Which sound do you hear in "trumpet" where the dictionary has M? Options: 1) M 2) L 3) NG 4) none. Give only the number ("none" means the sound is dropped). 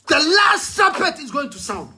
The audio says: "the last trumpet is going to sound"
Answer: 4